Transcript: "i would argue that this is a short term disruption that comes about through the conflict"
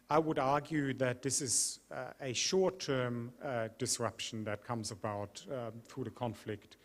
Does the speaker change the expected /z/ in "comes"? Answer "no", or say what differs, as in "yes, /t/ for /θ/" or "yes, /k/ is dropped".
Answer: no